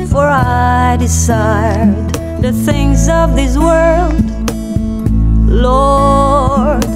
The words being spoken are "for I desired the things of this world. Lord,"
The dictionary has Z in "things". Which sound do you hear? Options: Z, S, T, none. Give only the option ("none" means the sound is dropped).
Z